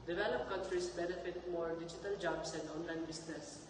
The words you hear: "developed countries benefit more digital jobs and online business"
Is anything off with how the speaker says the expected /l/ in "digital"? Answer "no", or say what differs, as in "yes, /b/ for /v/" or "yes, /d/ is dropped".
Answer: no